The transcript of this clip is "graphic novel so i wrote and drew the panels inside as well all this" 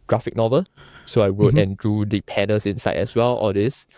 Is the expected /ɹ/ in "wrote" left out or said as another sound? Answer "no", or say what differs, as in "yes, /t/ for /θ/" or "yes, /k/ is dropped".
yes, /w/ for /ɹ/